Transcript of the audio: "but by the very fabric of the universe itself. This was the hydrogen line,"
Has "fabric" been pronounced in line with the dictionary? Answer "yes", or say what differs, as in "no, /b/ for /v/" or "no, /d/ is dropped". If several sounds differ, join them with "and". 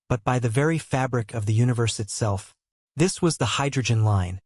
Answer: yes